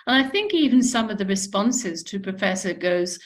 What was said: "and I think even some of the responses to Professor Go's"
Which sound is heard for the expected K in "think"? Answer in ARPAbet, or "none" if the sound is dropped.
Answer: K